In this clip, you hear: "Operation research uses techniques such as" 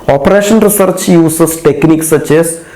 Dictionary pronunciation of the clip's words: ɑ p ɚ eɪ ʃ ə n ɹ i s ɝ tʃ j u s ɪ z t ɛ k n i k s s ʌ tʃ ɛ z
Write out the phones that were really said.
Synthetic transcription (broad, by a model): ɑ p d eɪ ʃ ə n ɹ i s ɝ tʃ j u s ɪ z t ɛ k n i k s s ʌ tʃ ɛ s